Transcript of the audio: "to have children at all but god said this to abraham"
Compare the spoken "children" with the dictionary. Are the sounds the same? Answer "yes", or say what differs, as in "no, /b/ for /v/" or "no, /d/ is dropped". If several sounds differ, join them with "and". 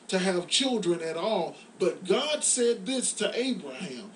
yes